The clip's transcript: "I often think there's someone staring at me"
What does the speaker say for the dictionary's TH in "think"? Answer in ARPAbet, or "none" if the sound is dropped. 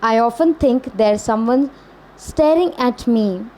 T